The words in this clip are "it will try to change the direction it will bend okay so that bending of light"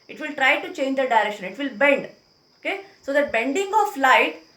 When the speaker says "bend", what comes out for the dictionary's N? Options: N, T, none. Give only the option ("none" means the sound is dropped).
N